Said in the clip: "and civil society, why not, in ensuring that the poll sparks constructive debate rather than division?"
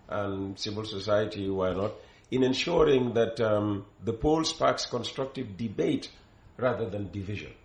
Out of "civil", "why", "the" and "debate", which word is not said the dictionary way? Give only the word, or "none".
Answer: none